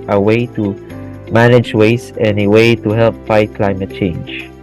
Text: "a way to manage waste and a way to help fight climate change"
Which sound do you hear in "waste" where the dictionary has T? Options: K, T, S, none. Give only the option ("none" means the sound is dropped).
none